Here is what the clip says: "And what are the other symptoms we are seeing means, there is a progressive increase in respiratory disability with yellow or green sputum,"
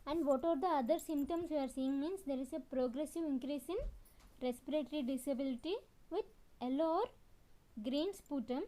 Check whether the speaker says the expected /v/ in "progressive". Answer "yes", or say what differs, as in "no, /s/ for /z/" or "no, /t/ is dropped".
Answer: yes